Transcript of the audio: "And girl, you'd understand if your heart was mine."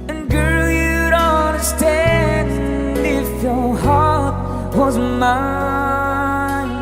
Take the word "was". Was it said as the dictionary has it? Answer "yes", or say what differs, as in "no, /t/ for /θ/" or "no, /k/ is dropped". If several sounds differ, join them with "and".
yes